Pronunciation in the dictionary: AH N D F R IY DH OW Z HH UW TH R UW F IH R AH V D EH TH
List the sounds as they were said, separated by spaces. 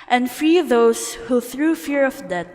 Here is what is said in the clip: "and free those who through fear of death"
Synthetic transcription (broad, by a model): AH N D F R IY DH OW S HH UW TH R UW F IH R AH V D EH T